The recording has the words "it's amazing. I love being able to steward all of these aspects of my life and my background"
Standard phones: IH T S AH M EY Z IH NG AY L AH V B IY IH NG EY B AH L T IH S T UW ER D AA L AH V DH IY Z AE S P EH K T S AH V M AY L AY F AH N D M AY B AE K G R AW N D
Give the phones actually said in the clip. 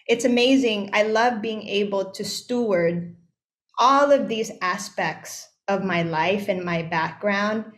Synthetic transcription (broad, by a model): IH T S AH M EY Z IH NG AY L AH V B IY IH NG EY B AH L T IH S T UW ER D AA L AH V DH IY Z AE S P EH K T S AH V M AY L AY F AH N M AY B AE K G R AW N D